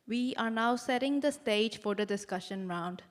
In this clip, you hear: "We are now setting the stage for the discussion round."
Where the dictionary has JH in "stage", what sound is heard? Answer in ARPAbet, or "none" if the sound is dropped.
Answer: JH